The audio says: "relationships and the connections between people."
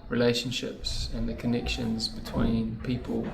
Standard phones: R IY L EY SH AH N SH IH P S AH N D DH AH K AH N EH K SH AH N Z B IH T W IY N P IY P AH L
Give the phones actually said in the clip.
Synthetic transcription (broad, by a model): R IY L EY SH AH N SH IH P S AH N DH AH K AH N EH K SH AH N Z B IH T W IY N P IY P AH L